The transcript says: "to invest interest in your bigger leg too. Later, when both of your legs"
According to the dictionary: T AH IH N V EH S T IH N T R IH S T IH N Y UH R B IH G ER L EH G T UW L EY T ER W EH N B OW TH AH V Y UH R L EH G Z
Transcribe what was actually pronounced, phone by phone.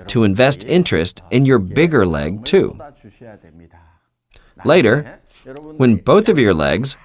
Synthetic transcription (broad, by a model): T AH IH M V EH S T IH N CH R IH S T IH N Y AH R B IH G ER L EH G T UW L EY T ER W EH N B OW TH AH V Y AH R L EH G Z